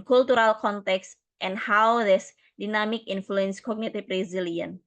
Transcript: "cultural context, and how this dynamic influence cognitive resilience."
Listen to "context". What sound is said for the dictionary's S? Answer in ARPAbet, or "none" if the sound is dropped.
S